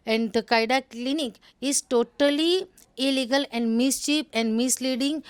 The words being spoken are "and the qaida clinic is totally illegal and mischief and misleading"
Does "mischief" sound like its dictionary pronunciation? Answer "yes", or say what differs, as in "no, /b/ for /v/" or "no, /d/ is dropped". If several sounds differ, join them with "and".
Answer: no, /p/ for /f/